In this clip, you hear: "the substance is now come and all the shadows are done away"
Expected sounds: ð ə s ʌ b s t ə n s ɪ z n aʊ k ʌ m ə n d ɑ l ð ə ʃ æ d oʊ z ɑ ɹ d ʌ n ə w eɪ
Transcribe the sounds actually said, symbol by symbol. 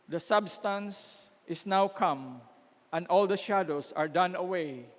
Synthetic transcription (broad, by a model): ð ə s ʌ b s t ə n s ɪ s n aʊ k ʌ m ə n d ɑ l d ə ʃ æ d oʊ s ɑ ɹ d ʌ n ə w eɪ